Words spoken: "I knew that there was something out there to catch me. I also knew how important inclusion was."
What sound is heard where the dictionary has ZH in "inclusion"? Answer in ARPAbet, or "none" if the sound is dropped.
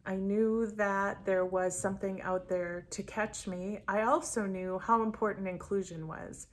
ZH